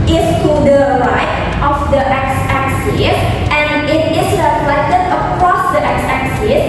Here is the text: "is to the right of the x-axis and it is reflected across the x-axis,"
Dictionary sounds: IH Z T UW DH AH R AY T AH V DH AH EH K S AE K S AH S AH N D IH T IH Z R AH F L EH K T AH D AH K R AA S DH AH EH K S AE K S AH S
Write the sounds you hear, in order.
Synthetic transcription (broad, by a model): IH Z T UW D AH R AY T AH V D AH EH K S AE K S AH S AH N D IH T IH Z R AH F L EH T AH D AH K R AA S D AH EH K S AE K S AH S